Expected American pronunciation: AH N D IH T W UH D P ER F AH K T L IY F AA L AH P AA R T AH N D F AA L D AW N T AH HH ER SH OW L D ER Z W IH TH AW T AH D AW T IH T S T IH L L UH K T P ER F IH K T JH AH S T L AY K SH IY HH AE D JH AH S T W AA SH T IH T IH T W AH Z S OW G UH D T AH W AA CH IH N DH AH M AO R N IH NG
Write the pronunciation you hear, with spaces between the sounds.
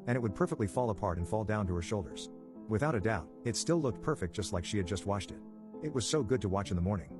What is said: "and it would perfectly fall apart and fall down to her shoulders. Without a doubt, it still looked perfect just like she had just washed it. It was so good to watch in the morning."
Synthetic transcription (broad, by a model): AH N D IH T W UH D P ER F AH K T L IY F AA L AH P AA R T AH N F AA L D AW N T AH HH ER SH OW L D ER Z W IH TH AW T AH D AW T IH T S T IH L L UH K T P ER F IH K JH AH S T L AY K SH IY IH D JH AH S T W AA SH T IH T IH T W AH Z S OW G UH D T AH W AA CH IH N DH AH M AO R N IH NG